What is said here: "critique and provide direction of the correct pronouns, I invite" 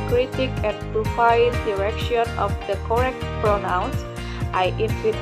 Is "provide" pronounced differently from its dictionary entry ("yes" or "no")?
yes